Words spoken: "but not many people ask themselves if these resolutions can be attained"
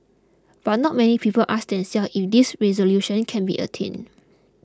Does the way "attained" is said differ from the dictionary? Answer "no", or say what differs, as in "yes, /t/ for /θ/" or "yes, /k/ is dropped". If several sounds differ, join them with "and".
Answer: yes, /d/ is dropped